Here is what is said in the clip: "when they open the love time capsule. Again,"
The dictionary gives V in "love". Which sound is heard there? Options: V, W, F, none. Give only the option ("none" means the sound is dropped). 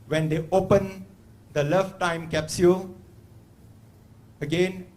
F